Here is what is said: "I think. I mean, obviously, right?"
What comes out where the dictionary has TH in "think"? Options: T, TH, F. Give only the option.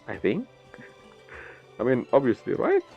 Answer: TH